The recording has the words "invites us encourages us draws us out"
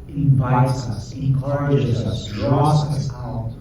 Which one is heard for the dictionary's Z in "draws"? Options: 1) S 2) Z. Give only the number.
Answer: 1